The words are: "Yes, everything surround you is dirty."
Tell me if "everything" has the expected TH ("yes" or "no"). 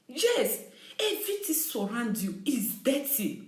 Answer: no